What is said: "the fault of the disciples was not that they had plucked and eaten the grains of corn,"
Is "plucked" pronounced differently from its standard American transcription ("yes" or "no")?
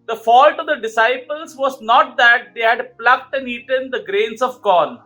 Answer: no